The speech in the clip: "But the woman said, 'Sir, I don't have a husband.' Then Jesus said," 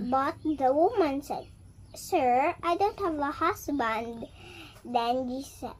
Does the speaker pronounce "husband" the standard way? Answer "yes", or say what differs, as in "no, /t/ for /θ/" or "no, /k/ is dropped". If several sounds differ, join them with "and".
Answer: no, /s/ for /z/